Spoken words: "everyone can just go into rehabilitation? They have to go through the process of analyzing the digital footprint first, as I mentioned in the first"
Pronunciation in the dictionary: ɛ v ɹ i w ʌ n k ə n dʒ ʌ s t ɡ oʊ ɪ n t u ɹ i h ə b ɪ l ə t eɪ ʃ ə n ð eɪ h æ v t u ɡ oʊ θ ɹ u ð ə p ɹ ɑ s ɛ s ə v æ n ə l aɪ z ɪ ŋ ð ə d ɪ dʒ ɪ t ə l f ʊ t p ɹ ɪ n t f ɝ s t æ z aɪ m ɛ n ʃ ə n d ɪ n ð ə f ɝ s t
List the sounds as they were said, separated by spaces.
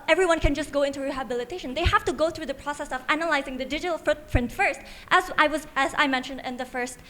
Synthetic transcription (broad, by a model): ɛ v ɹ i w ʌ n k ə n dʒ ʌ s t ɡ oʊ ɪ n t u ɹ i h ə b ɪ l ə t eɪ ʃ ə n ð eɪ h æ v t u ɡ oʊ θ ɹ u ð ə p ɹ ɑ s ɛ s ə v æ n ə l aɪ z ɪ ŋ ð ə d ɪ dʒ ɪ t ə l f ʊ t p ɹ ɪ n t f ɝ s t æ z aɪ m ɛ n ʃ ə n d ɪ n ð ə f ɝ s t